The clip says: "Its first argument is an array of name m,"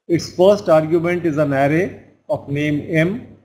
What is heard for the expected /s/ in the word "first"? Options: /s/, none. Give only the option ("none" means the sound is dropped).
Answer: /s/